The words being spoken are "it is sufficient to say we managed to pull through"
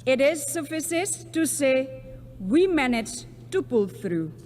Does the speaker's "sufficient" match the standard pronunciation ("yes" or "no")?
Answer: no